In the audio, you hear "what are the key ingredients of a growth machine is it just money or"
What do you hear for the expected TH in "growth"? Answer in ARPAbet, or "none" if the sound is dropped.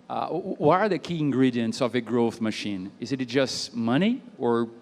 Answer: TH